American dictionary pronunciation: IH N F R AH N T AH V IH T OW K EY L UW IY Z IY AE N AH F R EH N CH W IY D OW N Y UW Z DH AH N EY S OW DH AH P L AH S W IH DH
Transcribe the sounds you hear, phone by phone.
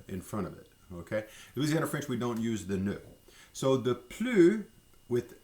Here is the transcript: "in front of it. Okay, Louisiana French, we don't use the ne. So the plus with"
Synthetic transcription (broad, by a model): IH N F R AH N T AH V IH T OW K EY W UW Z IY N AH F R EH N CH W IY D OW N Y UW Z DH AH N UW S OW DH AH P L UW W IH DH